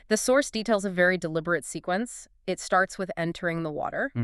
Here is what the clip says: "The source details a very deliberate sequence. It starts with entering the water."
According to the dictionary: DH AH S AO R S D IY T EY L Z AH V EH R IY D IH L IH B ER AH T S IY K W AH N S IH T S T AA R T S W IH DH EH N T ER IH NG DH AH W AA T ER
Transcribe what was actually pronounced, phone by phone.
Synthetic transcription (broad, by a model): DH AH S AO R S D IY T EY L Z AH V EH R IY D IH L IH B ER AH T S IY K W AH N S IH T S T AA R T S W IH DH EH N T ER IH NG DH AH W AA T ER